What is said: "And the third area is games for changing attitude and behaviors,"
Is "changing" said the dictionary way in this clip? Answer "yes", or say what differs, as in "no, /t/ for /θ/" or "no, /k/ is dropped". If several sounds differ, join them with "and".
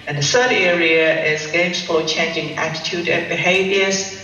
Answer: yes